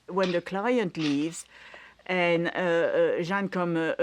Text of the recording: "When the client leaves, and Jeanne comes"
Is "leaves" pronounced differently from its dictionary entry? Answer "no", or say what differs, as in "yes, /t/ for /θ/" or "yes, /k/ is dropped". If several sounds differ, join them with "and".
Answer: no